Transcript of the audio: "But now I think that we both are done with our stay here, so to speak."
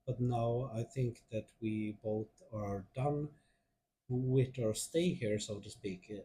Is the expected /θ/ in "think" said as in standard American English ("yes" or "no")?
yes